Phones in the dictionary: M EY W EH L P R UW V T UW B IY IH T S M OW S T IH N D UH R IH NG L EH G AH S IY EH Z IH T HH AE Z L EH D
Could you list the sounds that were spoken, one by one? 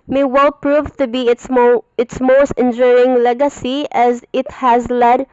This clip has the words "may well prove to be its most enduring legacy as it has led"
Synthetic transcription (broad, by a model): M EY W EH L P R UW V T UW B IY IH T S M OW S T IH N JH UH R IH NG L EH G AH S IY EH Z IH T HH AE Z L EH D